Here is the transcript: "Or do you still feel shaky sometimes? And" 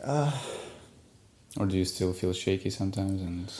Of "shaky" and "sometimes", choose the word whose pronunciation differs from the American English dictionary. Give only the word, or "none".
none